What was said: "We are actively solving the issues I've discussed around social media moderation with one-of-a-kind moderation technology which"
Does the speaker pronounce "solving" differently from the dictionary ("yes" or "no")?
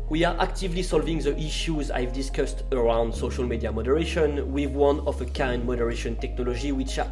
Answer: no